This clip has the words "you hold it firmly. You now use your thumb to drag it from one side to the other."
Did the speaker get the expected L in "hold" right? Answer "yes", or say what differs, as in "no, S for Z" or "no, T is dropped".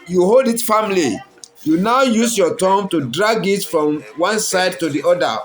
yes